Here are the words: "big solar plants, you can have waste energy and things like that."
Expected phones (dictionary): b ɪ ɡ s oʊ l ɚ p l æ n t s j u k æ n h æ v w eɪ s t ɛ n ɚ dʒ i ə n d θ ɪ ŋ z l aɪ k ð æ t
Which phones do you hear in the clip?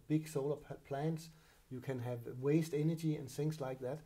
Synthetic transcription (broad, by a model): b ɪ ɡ s oʊ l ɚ p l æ n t s j u k æ n h æ v w eɪ s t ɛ n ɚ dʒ i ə n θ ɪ ŋ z l aɪ k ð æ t